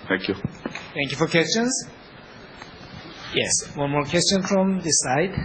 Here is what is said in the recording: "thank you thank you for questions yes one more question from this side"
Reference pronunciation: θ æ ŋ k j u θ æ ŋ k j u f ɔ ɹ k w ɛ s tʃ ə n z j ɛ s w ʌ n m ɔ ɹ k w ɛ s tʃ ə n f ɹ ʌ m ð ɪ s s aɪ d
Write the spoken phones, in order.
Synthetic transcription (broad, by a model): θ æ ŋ k j u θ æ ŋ k j u f ɔ ɹ k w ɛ s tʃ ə n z j ɛ s w ʌ n m ɔ ɹ k w ɛ s tʃ ə n f ɹ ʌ m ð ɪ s s aɪ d